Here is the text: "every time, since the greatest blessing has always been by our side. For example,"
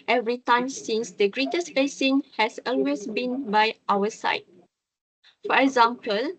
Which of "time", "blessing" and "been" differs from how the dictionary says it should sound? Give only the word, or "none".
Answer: blessing